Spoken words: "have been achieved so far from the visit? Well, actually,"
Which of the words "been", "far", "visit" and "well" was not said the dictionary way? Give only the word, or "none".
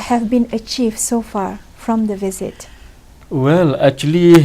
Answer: none